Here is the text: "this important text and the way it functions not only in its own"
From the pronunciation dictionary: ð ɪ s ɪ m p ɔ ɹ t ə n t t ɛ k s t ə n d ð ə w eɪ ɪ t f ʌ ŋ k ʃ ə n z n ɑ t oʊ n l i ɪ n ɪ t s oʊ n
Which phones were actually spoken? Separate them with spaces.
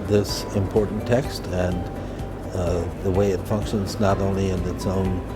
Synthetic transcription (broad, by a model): ð ɪ s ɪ m p ɔ ɹ t n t t ɛ k s t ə n ð ə w eɪ ɪ t f ʌ ŋ k ʃ ə n z n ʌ t oʊ n l i ɪ n ɪ t s oʊ n